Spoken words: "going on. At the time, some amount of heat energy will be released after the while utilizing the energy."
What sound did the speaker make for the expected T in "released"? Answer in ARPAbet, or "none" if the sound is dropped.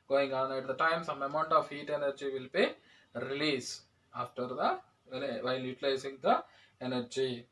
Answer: none